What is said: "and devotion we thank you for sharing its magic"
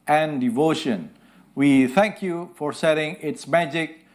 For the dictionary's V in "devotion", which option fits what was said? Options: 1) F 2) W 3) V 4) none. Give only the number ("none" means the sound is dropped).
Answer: 3